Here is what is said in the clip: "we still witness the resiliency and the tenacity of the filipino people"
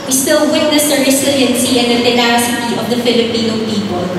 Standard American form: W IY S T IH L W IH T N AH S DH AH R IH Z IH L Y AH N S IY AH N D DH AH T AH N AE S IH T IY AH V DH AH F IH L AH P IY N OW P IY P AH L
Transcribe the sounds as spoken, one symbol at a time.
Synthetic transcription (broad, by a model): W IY S T IH L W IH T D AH S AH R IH S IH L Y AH N S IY AH N D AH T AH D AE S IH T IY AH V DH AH F IH L AH P IY N OW P IY P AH L